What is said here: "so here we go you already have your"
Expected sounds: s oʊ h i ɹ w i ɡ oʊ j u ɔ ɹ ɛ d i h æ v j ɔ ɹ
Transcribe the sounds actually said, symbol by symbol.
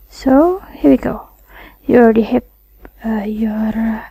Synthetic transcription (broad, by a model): s oʊ h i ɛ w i ɡ oʊ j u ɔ ɛ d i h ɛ p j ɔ ɹ